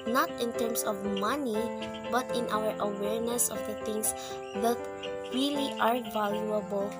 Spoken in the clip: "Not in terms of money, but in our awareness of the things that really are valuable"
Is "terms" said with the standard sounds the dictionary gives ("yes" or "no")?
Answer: no